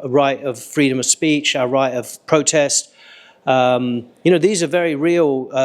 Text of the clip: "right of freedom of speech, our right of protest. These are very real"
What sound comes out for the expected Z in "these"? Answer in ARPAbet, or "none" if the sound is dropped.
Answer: Z